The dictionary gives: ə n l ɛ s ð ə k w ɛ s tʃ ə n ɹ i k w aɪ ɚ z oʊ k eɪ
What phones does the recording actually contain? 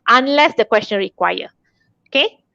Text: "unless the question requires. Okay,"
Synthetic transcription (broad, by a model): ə n l ɛ s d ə k w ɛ s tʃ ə n ɹ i k w aɪ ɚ oʊ k eɪ